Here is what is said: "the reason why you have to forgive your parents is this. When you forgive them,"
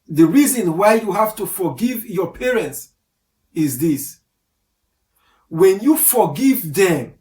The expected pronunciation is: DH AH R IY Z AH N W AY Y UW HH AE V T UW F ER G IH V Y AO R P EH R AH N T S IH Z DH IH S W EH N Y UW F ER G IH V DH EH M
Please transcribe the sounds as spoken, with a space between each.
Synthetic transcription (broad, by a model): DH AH R IY Z AH N W AY Y UW HH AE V T UW F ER G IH V Y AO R P EH R AH N T S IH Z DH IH S W EH N Y UW F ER G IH V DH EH M